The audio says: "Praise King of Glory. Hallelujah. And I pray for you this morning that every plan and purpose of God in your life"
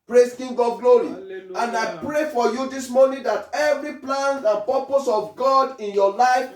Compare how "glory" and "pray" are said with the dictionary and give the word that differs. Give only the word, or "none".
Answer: glory